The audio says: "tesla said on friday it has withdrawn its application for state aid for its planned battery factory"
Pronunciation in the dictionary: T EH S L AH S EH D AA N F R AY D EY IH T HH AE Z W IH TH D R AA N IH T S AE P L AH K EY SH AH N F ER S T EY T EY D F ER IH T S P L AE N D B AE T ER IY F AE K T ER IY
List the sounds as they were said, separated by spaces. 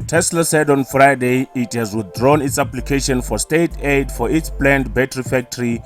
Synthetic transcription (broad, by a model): T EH S L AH S EH D AA N F R AY D EY IH T HH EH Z W IH TH D R AA N IH T S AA P L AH K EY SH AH N F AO S T EY T EY D F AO IH T S P L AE N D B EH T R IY F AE K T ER IY